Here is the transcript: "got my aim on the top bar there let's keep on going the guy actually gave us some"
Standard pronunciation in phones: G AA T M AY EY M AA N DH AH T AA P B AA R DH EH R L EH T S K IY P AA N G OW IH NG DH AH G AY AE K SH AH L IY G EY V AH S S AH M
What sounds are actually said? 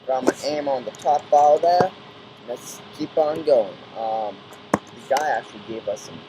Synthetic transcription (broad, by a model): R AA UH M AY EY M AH N DH AH T AA P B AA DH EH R N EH T S K IY P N G OW IH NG DH AH G AY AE K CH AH L IY G EY V AH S S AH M